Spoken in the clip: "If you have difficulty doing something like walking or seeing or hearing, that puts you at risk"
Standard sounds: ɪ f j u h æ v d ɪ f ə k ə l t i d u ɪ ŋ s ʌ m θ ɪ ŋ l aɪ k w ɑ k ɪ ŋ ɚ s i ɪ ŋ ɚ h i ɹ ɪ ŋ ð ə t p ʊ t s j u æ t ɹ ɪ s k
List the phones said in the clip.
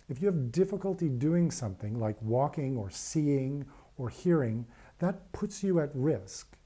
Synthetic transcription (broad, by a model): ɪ f j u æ v d ɪ f ə k ə l t i d u ɪ ŋ s ʌ m θ ɪ ŋ l aɪ k w ɑ k ɪ ŋ ɚ s i ɪ ŋ ɚ h i ɹ ɪ ŋ ð ə t p ʊ t s j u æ t ɹ ɪ s k